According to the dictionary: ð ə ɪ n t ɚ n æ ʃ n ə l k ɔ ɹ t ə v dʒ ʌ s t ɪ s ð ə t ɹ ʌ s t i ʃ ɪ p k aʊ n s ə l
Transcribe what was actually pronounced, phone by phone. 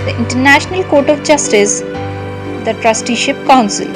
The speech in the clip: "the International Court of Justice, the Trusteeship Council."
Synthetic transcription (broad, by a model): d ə ɪ n t ɚ n æ ʃ n ə l k ɔ ɹ t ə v dʒ ʌ s t ɪ s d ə t ɹ ʌ s t i ʃ ɪ p k aʊ n s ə l